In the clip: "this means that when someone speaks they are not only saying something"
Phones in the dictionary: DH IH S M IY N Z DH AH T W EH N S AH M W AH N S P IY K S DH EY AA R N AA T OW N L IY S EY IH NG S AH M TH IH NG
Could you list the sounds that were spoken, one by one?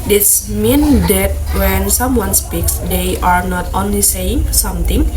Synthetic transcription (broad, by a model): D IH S M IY N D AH T W EH N S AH M W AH N S P IY K S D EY AA R N AA T OW N L IY S EY IH NG S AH M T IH NG